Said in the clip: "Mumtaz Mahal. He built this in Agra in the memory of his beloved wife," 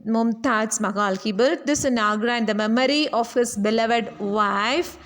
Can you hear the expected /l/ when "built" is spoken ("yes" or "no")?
no